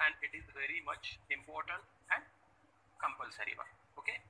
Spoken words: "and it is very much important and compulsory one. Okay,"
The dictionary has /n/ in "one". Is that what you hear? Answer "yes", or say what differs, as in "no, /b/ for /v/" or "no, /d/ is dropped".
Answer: no, /n/ is dropped